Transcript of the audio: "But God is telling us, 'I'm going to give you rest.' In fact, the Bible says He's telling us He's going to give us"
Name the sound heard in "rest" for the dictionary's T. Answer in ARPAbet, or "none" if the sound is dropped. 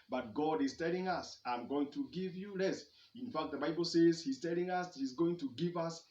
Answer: none